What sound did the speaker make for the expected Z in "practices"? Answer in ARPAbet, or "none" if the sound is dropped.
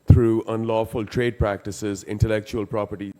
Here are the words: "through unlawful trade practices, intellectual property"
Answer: Z